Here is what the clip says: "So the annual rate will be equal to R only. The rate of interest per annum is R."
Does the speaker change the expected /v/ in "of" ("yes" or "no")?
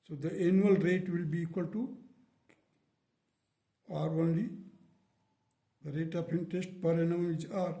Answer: yes